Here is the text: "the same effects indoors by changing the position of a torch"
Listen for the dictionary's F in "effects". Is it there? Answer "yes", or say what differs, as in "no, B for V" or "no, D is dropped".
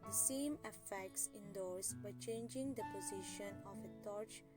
yes